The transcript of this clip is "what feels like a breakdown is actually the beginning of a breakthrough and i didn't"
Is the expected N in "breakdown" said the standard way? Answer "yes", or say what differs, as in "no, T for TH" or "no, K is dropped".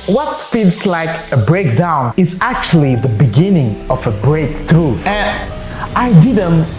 yes